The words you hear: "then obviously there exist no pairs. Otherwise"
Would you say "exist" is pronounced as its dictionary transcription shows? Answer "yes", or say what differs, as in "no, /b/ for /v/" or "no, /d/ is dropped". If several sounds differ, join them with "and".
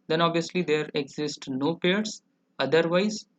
yes